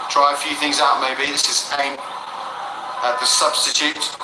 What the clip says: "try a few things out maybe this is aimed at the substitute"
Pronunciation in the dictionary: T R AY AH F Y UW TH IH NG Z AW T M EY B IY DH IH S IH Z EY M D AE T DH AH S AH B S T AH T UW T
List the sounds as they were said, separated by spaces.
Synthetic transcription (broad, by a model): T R AY AH F Y UW TH IH NG Z AW T M EY B IY DH IH S IH Z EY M AH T DH AH S AH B S T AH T UW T